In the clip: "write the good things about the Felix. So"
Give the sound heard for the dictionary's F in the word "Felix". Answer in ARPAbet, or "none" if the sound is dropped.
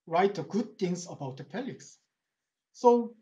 P